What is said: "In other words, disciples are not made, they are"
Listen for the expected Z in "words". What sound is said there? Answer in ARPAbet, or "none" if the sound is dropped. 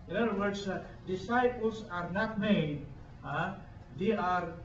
S